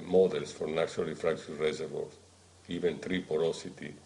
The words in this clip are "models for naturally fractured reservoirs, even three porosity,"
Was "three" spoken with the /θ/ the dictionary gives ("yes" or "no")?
no